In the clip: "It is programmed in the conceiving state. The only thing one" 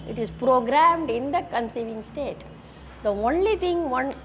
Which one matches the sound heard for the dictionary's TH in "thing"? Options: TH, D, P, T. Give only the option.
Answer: T